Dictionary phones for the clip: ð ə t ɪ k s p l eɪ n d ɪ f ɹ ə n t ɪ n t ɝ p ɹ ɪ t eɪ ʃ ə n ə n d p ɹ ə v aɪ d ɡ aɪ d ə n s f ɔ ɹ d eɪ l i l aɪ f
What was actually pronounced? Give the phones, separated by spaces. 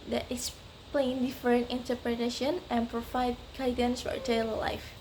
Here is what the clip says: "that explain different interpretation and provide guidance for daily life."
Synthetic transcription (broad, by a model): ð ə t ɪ s p l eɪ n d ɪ f ɹ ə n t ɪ n t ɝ p ɹ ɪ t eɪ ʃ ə n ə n p ɹ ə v aɪ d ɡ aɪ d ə n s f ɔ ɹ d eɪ l l aɪ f